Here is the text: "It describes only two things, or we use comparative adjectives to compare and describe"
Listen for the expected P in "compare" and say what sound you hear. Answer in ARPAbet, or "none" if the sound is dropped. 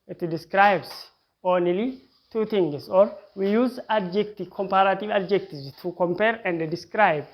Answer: P